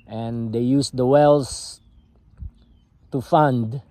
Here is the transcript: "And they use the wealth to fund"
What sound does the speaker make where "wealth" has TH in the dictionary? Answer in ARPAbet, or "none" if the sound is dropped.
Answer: S